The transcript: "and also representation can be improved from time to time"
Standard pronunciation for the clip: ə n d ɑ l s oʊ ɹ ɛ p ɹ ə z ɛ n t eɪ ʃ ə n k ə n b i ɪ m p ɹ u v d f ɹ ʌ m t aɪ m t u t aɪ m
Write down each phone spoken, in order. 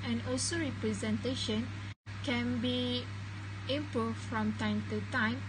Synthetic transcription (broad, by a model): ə n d ɑ l s oʊ ɹ ɛ p ɹ ə z ɛ n t eɪ ʃ ə n k ə n b i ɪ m p u f ɹ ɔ m t aɪ m t u t aɪ m